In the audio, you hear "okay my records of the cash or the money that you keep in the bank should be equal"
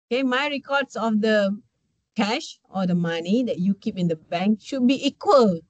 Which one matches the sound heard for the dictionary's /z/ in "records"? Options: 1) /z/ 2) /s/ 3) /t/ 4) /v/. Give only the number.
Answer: 2